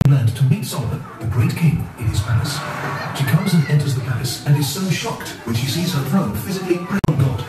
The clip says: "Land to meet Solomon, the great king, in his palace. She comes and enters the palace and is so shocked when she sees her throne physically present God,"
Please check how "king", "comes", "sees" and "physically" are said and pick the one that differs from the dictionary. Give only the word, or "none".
none